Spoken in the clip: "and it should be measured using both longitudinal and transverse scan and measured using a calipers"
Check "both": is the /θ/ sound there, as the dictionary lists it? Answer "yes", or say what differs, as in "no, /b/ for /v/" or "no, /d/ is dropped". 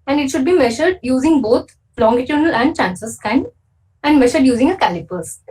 no, /t/ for /θ/